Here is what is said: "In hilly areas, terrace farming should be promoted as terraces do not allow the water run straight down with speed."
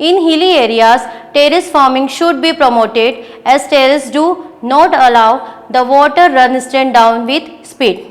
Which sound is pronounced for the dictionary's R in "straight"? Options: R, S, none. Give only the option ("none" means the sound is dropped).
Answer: none